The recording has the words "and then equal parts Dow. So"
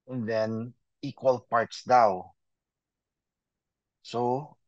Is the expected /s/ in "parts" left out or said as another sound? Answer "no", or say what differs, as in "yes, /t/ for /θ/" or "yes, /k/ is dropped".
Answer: no